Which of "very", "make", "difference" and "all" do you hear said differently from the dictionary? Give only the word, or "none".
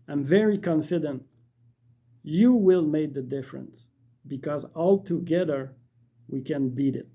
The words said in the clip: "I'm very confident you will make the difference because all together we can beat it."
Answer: none